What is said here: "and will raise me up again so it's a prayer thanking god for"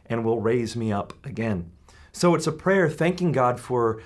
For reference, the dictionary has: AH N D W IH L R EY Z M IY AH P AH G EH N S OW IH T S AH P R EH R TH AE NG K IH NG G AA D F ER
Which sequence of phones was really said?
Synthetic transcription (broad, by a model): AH N W IH L R EY Z M IY AH P AH G EH N S OW IH T S AH P R EH R TH AE NG K IH NG G AA D F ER